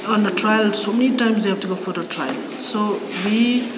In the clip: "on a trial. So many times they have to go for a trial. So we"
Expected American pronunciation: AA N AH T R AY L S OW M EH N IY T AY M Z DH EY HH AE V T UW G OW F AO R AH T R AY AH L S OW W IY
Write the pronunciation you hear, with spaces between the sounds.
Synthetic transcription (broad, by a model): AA N AH T R AY L S OW M EH N IY T AY M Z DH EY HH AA B T UW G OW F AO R AH T R AY AH L S OW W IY